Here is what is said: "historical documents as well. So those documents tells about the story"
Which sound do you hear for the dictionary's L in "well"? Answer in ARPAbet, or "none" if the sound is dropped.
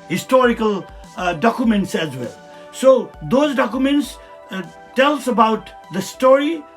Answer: L